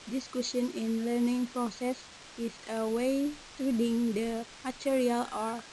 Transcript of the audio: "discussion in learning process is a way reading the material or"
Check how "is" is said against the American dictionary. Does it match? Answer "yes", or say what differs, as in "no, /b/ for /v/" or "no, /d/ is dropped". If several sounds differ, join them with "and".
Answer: no, /s/ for /z/